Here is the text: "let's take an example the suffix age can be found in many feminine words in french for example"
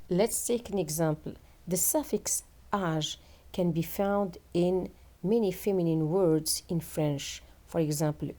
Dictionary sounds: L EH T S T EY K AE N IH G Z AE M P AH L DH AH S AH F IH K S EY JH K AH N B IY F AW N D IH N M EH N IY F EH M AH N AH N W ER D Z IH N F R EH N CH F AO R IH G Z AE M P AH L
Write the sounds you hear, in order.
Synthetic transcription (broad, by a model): L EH T S T EY K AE N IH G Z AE M P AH L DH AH S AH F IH K S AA ZH K AH N B IY F AW N D IH N M EH N IY F EH M AH N AH N W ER D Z IH N F R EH N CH F AO R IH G Z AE M P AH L